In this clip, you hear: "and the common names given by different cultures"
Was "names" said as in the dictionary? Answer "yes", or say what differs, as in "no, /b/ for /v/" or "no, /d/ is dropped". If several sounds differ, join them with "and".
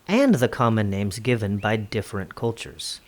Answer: yes